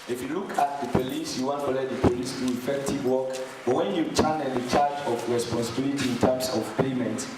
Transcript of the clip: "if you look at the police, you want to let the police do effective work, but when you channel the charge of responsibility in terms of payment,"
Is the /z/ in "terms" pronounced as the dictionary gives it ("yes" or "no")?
no